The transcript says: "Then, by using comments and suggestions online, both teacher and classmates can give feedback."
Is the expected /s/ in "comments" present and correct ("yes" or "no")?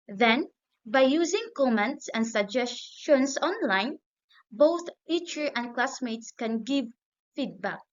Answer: yes